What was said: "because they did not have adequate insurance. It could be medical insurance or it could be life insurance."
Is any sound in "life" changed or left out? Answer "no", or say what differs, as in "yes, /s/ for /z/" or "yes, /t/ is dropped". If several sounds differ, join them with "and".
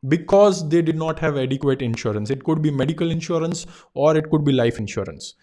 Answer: no